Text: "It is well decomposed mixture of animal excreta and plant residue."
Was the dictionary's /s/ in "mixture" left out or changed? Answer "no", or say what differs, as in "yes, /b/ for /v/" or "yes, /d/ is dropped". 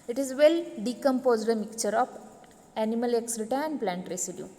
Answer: yes, /s/ is dropped